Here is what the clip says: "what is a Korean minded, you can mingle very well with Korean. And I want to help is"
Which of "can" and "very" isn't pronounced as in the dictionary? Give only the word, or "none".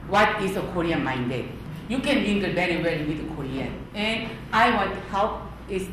very